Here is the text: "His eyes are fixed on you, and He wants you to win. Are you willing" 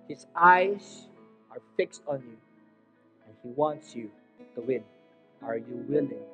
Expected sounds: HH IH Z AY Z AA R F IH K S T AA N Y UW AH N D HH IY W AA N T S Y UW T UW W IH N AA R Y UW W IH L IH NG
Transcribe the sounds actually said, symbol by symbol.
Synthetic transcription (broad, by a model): HH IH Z AY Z AA R F IH K S T AA N Y UW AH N HH IY W AA N T S Y UW T UW W IH N AA R Y UW W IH L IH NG